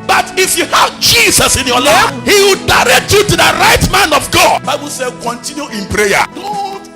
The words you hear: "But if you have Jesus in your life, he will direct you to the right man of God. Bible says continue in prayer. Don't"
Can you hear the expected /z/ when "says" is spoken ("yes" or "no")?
no